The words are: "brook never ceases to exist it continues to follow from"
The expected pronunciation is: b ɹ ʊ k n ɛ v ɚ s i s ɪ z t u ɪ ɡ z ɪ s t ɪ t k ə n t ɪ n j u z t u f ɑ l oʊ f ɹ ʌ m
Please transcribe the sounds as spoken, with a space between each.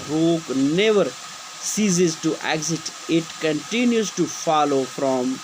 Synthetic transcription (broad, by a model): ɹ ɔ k n ɛ v ɚ s i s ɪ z t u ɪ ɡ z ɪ t ɪ t k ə n t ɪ n j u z t u f ɑ l oʊ f ɹ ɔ m